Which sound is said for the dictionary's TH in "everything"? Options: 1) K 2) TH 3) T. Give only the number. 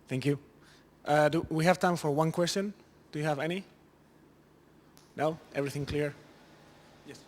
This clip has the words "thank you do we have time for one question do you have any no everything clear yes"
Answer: 2